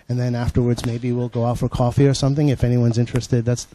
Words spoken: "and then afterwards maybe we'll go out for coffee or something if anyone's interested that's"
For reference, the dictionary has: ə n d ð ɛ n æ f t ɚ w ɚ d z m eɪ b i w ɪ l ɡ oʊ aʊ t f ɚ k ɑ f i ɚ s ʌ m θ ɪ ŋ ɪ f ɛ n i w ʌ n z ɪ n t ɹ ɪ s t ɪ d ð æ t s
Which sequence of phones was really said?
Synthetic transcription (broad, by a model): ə n ð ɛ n æ f t ɚ w ɚ d z m eɪ b i w ɪ l ɡ oʊ aʊ t f ɚ k ɑ f i ɚ s ʌ m θ ɪ ŋ ɪ f ɛ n i w ʌ n z ɪ n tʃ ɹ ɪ s t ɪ d ð æ t s